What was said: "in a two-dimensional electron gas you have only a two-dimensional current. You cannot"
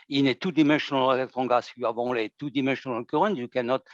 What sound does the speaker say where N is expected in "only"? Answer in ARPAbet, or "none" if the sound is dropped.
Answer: none